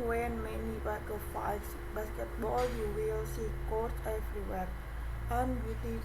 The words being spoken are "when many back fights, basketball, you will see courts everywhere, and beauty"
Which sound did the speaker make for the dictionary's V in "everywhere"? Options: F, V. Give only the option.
F